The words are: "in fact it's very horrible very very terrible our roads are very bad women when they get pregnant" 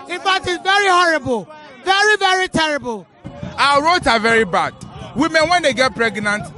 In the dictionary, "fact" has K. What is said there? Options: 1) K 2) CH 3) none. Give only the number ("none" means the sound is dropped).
3